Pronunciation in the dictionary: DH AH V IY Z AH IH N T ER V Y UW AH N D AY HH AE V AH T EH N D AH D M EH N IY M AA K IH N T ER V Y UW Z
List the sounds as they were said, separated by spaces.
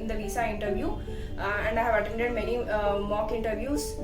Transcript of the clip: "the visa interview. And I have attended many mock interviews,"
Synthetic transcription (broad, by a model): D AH V IY S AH IH N T ER V Y UW AH N D AY HH AE V AH T EH N D AH D M EH N IY M AA K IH N T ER V Y UW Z